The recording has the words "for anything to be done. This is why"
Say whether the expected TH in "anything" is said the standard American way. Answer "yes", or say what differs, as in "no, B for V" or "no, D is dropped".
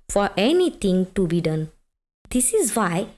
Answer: no, T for TH